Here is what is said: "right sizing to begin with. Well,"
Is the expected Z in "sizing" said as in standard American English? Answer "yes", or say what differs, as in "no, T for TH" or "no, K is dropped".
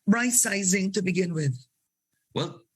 yes